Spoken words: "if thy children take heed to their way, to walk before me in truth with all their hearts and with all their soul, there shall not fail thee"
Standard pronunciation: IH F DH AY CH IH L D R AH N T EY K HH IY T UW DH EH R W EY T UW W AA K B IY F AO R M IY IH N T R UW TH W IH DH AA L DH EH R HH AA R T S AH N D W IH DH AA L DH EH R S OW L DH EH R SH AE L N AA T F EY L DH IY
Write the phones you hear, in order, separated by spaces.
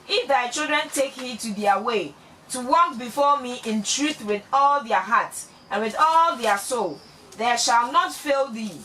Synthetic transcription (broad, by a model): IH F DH AY CH IH L D R AH N T EY K HH IY T UW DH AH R W EY T UW W AA K B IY F AO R M IY IH N T R UW TH W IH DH AA L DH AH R HH AA T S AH N W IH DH AA L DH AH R S OW L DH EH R SH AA L N AA T F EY L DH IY